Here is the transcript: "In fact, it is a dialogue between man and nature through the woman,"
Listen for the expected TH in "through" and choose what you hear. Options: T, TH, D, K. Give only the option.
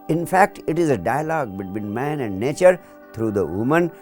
T